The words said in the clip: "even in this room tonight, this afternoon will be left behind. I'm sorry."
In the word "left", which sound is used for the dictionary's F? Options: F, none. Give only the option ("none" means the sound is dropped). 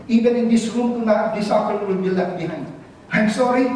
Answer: none